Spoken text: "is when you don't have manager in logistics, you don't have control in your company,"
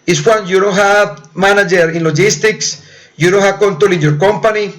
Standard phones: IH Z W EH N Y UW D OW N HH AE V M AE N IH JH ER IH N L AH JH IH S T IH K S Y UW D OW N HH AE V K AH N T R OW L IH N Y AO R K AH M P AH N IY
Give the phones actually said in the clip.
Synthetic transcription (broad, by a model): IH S W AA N Y UW D OW N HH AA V M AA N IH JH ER IH N L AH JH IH S T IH K S Y UW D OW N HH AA K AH N T OW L IH N Y AO R K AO M P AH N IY